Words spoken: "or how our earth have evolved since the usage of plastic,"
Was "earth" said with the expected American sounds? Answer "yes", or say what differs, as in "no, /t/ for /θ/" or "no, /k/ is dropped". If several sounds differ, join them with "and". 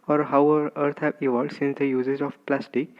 no, /t/ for /θ/